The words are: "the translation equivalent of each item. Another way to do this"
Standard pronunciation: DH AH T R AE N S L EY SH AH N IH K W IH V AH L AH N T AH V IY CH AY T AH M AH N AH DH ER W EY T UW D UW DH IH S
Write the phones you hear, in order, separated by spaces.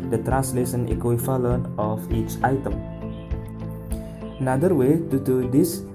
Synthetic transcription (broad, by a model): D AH T R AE N S L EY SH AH N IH K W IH F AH L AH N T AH F IY CH AY T AH M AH N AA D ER W EY T UW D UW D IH S